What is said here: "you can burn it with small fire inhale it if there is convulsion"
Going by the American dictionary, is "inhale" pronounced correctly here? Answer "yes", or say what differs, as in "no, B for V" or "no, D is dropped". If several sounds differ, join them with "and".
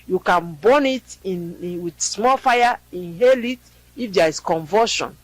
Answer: yes